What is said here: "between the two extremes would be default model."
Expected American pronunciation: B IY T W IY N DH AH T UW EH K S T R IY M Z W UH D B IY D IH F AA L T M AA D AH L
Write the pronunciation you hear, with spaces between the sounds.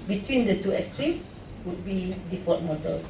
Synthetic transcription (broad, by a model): B IY T W IY N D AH T UW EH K S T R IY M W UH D B IY D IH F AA T M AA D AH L